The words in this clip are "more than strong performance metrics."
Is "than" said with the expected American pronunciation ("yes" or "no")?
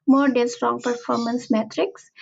no